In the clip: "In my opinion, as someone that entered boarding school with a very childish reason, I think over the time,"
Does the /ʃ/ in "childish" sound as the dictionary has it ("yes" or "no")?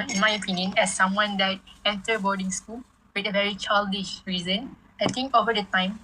yes